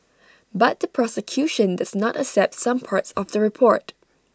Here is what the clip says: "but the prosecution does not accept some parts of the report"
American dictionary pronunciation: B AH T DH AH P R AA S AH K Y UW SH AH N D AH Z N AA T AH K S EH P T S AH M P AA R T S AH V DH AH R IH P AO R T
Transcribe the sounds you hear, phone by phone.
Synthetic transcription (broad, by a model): B AH T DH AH P R AA S AH K Y UW SH AH N D AH Z N AA T AH K S EH P T S AH M P AA R T S AH V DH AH R IH P AO R T